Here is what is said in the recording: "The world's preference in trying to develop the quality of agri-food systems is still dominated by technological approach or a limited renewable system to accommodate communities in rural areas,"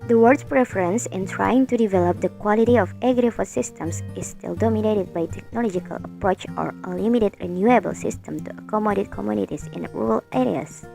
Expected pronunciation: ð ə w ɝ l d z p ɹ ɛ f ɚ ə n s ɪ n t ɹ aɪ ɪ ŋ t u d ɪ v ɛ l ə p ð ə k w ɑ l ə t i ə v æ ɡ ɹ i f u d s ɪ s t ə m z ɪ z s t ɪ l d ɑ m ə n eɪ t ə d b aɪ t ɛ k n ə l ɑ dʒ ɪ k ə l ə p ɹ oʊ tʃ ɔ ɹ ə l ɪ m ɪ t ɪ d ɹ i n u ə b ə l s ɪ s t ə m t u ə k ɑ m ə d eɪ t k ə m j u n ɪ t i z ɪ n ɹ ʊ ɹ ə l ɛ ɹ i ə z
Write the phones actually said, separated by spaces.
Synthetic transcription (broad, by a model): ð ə w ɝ d p ɹ ɛ f ɚ ə n s ɪ n t ɹ aɪ ɪ ŋ t u d ɪ v ɛ l ə p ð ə k w ɑ l ə t i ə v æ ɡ ɹ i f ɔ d s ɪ s t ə m s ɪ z s t ɪ l d ɑ m ə n eɪ t ə d b aɪ t ɛ k n ə l ɑ dʒ ɪ k ə l ə p ɹ oʊ tʃ ɔ ɹ ə l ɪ m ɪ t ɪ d ɹ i n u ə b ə l s ɪ s t ə m t u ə k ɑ m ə d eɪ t k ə m j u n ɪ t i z ɪ n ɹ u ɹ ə l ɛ ɹ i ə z